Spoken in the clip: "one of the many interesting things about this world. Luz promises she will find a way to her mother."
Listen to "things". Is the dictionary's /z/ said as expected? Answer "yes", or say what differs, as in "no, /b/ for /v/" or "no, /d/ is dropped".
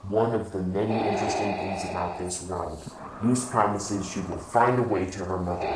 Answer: yes